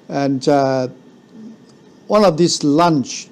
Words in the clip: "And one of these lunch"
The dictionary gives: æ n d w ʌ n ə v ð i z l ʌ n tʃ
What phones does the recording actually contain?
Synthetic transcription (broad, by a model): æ n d w ʌ n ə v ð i s l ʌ n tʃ